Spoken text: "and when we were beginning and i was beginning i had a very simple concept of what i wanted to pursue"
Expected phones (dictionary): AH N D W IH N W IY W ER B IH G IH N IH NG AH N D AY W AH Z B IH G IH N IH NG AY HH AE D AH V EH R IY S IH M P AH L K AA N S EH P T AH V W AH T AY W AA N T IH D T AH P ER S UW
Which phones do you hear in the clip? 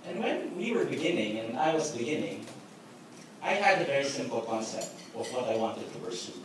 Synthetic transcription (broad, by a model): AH N W IH N W IY W ER B IH G IH N IH NG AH N AY W AH Z B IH G IH N IH NG AY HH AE D AH V EH R IY S IH M P L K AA N S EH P T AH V W AH T AY W AA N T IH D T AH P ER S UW